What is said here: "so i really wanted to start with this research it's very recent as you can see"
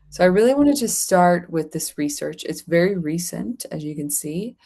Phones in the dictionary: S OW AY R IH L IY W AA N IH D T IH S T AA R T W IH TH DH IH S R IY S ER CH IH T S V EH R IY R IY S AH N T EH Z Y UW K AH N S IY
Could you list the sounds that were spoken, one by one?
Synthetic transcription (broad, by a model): S OW AY R IH L IY W AA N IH D T IH S T AA R T W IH DH IH S R IY S ER CH IH T S V EH R IY R IY S AH N T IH Z Y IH K AH N S IY